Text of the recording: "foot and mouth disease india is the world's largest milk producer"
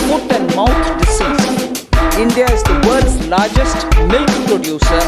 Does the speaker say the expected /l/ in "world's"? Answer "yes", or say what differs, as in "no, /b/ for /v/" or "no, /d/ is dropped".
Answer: no, /l/ is dropped